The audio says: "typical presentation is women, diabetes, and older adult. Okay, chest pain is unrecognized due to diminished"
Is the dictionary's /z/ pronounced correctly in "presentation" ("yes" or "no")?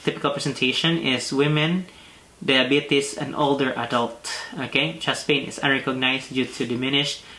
no